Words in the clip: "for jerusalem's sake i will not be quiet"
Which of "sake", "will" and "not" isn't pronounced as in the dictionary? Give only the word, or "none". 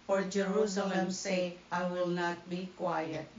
sake